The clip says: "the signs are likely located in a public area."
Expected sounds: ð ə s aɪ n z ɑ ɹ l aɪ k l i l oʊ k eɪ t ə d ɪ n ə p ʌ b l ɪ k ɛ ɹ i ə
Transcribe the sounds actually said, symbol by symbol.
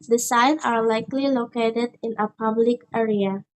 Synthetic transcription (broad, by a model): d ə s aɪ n ɑ ɹ l aɪ k l i l oʊ k eɪ t ə d ɪ n ə p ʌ b l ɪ k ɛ ɹ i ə